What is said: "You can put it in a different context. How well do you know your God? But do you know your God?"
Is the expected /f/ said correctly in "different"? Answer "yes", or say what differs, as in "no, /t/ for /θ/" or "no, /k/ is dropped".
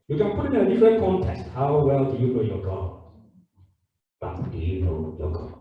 no, /f/ is dropped